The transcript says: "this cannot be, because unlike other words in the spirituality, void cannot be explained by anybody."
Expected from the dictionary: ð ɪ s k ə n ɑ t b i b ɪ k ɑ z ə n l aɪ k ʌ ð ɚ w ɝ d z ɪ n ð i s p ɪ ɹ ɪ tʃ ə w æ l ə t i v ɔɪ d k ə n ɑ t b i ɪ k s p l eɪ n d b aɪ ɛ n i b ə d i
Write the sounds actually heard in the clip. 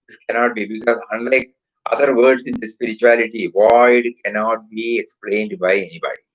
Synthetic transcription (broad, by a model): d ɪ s k ə n ɑ t b i b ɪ k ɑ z ə n l aɪ k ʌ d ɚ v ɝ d s ɪ n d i s p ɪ ɹ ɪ tʃ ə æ l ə t i v ɔɪ d k ə n ɑ t b i ɪ k s p l eɪ n d b aɪ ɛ n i b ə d i